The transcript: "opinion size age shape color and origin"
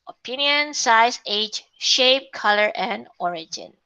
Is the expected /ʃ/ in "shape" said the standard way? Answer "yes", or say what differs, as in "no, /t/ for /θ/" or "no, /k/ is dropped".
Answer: yes